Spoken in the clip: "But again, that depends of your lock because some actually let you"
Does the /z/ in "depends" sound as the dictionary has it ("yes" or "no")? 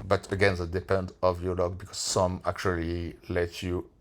no